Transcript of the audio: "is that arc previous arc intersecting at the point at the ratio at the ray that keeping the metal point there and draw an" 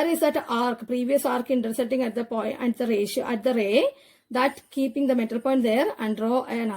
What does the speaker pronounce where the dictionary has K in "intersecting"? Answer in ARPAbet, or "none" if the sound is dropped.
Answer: none